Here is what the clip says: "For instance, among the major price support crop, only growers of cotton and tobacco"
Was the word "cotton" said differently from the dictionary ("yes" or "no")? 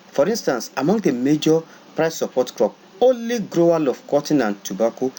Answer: no